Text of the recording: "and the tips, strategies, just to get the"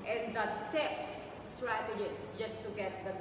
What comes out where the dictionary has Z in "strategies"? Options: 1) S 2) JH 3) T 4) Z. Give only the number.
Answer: 1